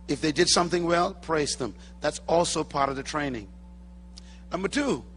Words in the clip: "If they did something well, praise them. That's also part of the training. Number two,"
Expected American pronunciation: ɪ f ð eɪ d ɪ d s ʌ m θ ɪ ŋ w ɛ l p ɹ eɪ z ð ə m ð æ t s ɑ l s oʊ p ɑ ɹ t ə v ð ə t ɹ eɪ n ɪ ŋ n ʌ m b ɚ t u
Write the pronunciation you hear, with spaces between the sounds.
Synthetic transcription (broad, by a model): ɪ f ð eɪ d ɪ d s ʌ m θ ɪ ŋ w ɛ l p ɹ eɪ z ð ə m ð æ t s ɑ l s oʊ p ɑ ɹ t ə v ð ə t ɹ eɪ n ɪ ŋ n ʌ m b ɚ t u